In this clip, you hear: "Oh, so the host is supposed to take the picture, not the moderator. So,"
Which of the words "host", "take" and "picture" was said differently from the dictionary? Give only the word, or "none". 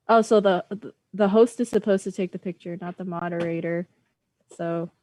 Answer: none